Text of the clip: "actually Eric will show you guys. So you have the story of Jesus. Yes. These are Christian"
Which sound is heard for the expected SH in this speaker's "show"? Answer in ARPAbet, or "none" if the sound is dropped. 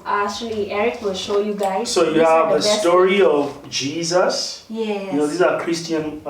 SH